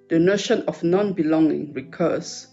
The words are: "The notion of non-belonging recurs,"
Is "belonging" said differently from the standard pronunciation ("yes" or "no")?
no